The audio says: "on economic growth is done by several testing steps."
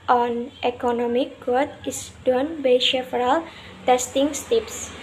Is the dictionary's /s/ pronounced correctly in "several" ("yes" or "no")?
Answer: no